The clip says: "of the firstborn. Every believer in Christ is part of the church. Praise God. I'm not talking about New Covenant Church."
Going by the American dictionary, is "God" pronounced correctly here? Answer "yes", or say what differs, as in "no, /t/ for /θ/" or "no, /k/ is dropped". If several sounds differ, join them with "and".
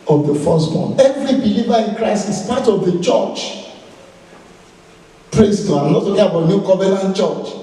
no, /d/ is dropped